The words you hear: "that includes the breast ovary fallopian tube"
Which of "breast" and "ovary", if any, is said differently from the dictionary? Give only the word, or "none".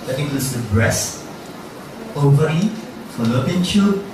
breast